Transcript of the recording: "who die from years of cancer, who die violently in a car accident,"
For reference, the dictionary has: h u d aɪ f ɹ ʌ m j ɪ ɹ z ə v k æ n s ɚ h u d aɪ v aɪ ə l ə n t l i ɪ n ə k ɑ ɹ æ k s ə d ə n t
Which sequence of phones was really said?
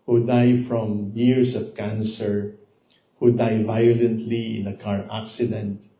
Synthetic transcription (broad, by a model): h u d aɪ f ɹ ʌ m j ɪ ɹ s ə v k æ n s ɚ h u d aɪ v aɪ ə l ə n t l i ɪ n ə k ɑ ɹ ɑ k s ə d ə n t